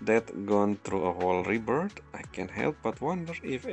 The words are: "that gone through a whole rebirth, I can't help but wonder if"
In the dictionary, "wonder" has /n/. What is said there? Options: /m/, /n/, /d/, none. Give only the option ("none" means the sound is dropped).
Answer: /n/